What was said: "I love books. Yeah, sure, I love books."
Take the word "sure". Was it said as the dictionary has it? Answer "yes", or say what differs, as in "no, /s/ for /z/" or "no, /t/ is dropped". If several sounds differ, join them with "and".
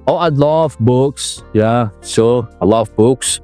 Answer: no, /s/ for /ʃ/